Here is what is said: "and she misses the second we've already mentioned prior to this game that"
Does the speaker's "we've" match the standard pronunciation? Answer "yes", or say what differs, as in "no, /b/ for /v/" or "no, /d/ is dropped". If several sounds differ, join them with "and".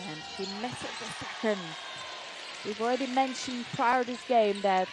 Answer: yes